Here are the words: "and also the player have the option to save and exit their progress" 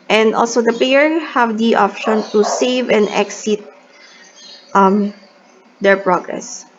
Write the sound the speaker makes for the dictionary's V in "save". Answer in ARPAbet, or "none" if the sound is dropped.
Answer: V